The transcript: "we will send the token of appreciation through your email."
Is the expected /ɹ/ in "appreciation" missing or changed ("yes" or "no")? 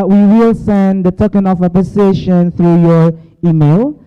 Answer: yes